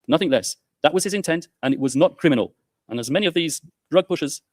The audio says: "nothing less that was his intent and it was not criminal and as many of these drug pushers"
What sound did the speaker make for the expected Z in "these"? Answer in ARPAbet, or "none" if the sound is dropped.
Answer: Z